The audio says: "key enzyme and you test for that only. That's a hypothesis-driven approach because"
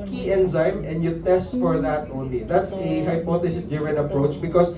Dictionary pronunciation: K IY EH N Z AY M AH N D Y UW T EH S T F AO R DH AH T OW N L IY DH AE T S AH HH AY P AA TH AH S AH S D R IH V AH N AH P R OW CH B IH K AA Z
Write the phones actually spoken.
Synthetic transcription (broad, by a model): K IY EH N Z AY M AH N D Y UW T EH S T F AO R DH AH T OW N L IY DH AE T S AH HH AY P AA T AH S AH S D IH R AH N AH P R OW CH B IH K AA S